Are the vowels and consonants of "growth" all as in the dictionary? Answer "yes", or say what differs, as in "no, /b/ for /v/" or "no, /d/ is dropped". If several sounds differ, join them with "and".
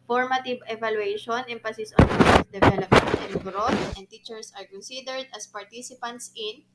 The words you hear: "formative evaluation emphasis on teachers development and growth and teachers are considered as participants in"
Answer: no, /s/ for /θ/